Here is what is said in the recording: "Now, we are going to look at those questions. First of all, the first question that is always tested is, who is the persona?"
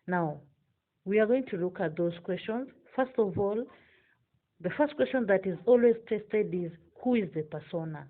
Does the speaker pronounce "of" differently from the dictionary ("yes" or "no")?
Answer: no